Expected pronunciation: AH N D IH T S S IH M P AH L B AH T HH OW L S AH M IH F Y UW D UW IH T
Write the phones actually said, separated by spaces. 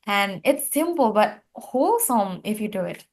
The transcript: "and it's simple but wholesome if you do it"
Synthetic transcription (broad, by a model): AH N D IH T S S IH M P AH L B AH T HH OW L S AH M IH F Y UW D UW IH T